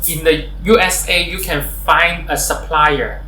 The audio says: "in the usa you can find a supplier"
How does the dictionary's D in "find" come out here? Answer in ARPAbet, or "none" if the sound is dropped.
D